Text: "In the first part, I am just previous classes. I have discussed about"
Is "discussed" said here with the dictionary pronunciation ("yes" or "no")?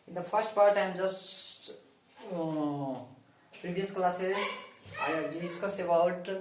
no